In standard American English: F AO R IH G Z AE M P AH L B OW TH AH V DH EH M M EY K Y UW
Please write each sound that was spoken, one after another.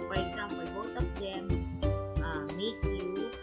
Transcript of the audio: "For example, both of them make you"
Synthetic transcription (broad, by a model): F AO R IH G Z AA M P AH L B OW T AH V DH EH M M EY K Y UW